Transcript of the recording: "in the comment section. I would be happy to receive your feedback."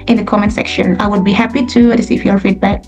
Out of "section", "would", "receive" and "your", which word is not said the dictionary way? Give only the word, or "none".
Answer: receive